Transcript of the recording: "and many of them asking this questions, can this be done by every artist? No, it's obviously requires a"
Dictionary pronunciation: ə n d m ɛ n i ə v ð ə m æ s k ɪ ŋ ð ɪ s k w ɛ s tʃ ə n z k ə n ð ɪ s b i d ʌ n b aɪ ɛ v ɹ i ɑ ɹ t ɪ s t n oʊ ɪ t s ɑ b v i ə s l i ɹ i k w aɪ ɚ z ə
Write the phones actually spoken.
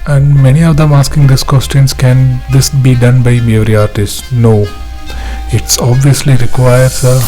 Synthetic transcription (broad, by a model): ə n d m ɛ n i ə v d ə m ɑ s k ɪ ŋ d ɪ s k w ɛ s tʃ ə n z k ə n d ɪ s b i d ʌ n b aɪ ɛ v ɹ i ɑ ɹ t ɪ s t n oʊ ɪ t s ɑ b v i ə s l i ɹ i k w aɪ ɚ s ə